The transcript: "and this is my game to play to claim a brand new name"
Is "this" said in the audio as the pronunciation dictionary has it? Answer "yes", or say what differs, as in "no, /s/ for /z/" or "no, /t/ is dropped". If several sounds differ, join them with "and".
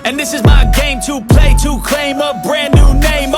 yes